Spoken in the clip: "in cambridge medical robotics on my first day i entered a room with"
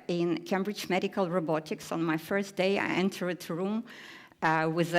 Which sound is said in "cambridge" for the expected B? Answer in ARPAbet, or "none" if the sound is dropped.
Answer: B